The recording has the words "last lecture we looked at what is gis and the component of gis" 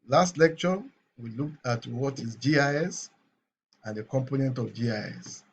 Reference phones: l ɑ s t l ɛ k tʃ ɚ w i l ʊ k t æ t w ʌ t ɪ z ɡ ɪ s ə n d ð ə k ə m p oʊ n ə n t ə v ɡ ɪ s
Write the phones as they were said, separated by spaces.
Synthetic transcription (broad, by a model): l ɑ s t l ɛ k tʃ ɚ w i l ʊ k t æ t w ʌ t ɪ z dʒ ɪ s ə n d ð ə k ə m p oʊ n ə n t ə v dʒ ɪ s